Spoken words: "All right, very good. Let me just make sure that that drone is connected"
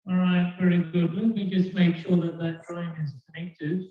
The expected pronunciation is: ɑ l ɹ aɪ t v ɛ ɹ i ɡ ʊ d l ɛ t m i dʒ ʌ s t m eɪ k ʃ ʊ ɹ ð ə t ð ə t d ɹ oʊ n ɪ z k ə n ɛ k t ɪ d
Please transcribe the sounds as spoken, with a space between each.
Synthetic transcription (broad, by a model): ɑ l ɹ aɪ t v ɛ ɹ i ɡ ʊ d w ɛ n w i dʒ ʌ s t m eɪ k ʃ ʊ ɹ ð ə t ð ə t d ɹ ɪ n ɪ z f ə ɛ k t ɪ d